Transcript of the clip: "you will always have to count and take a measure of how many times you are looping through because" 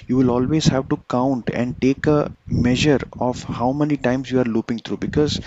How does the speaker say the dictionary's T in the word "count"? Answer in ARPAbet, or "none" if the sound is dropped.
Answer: T